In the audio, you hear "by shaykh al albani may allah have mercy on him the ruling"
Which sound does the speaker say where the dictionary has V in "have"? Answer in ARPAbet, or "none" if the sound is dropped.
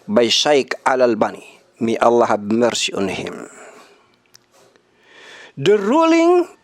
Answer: B